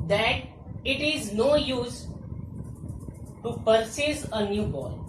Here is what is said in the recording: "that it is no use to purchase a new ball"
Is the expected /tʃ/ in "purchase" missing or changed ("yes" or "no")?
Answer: yes